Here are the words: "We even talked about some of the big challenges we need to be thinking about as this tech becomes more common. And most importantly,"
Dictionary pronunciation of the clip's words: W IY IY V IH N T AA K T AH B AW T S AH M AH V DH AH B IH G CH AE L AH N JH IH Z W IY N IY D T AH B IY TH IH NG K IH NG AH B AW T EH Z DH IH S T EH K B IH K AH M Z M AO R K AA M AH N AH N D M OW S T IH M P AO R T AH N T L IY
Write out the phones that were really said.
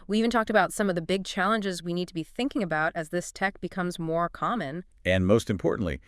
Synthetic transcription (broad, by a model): W IY IY V IH N T AA K T AH B AW T S AH M AH V DH AH B IH G CH AE L AH N JH IH Z W IY N IY D T AH B IY TH IH NG K IH NG AH B AW T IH Z DH IH S T EH K B IH K AH M Z M AO R K AA M AH N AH N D M OW S T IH M P AO R T N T L IY